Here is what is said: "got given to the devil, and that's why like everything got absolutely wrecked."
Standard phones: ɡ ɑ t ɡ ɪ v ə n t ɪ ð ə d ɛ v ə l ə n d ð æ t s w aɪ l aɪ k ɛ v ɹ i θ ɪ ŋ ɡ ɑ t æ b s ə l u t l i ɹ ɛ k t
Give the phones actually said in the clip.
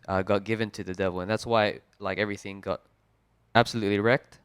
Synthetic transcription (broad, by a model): ɡ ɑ t ɡ ɪ v ə n t ɪ ð ə d ɛ v ə l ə n ð æ t s w aɪ l aɪ k ɛ v ɹ i θ ɪ ŋ ɡ ɑ t æ b s ə l u t l i ɹ ɛ k t